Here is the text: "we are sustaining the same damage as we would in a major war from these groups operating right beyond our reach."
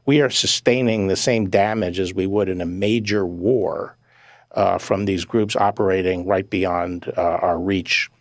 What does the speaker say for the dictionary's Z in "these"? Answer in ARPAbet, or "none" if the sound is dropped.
Z